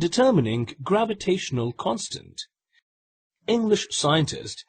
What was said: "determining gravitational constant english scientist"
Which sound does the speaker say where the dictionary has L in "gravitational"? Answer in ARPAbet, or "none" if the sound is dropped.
L